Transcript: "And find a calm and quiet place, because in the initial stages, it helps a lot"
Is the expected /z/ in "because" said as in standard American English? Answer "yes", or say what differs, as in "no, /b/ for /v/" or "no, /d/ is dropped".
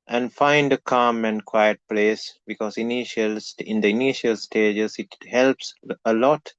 no, /s/ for /z/